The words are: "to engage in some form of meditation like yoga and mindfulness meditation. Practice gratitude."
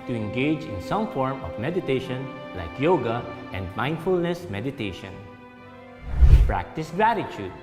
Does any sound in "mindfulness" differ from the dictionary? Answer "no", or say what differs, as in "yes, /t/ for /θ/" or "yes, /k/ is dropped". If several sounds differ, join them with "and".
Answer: no